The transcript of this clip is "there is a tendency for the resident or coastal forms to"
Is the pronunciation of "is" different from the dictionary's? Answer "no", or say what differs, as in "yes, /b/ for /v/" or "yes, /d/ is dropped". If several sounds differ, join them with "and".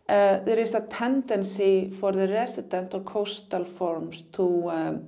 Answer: yes, /s/ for /z/